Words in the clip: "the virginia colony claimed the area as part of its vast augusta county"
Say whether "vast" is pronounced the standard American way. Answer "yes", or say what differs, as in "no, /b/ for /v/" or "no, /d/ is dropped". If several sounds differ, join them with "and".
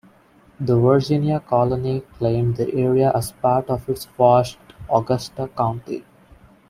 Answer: no, /f/ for /v/